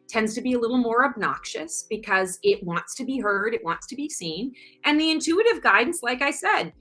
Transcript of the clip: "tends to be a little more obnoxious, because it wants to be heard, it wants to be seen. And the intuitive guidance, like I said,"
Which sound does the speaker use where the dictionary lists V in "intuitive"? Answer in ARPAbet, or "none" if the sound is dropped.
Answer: V